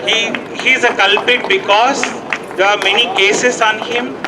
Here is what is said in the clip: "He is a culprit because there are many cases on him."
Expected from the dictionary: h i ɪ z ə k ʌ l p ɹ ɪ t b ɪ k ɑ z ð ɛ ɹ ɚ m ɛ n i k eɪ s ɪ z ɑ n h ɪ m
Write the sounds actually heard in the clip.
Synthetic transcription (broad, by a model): h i ɪ z ə k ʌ l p ɪ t b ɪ k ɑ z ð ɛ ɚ m ɛ n i k eɪ s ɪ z ɑ n h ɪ m